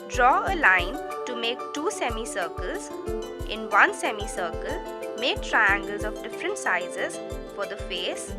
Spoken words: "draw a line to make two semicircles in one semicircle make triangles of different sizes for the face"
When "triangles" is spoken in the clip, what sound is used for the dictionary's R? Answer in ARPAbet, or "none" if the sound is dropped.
R